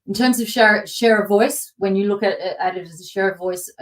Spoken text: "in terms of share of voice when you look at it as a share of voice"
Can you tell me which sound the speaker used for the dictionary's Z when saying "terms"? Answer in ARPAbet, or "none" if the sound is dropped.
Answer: Z